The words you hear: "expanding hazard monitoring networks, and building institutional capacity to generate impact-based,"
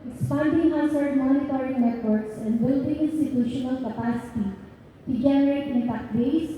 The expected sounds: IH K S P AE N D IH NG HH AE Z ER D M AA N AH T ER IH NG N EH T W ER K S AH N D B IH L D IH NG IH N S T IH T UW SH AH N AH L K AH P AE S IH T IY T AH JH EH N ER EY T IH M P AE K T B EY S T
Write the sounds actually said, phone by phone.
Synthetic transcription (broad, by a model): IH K S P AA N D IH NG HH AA S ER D M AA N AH T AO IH NG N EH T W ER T S AH N D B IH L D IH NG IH N S T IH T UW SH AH N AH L K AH P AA S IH T IY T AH JH EH N ER EY T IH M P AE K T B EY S